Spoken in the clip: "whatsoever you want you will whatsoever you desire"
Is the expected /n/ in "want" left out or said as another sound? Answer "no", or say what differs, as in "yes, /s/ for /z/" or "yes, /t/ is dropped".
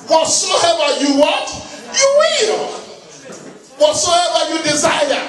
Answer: yes, /n/ is dropped